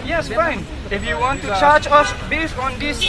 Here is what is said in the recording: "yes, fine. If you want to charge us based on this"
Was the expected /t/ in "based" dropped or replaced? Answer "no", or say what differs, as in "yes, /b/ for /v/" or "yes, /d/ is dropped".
yes, /t/ is dropped